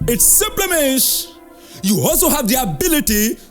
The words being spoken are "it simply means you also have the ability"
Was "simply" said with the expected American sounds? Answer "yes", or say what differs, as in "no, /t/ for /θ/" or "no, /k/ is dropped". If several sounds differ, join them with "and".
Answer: yes